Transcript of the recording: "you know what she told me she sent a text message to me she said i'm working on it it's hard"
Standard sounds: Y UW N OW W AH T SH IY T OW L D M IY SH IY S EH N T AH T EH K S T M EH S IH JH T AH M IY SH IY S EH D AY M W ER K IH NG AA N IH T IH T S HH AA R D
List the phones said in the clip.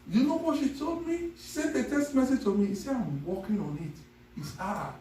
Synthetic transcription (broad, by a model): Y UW N OW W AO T SH IY T OW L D M IY SH IY S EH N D AH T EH S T M EH S IH JH T AH M IY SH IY S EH AY M W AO K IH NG AA N IH T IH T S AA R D